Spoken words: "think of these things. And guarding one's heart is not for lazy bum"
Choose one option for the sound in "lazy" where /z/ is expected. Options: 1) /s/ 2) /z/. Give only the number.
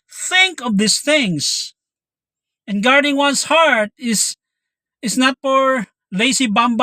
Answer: 1